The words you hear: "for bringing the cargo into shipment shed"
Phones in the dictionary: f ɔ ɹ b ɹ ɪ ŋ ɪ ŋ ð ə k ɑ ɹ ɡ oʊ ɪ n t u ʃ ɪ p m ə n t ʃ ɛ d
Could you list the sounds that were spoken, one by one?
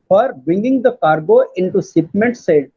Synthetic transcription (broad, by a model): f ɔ ɹ b ɹ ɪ ŋ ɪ ŋ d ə k ɑ ɹ ɡ oʊ ɪ n t u s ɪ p m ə n t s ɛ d